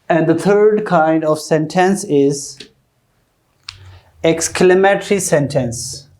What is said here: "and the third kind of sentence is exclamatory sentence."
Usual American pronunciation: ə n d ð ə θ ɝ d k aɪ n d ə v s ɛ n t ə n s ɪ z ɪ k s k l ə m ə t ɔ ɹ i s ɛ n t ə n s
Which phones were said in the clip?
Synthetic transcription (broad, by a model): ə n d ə t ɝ d k aɪ n d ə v s ɛ n t ə n s ɪ z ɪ k s k l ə m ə t ɹ i s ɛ n t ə n s